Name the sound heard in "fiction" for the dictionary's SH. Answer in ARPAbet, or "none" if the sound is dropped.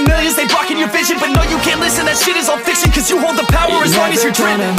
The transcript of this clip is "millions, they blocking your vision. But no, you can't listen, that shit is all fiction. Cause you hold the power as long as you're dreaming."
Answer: S